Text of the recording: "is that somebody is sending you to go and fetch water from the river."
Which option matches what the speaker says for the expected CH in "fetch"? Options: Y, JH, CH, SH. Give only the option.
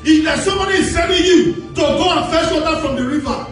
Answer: SH